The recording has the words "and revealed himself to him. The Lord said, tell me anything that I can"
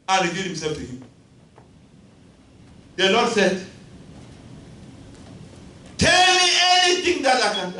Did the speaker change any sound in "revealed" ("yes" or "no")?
yes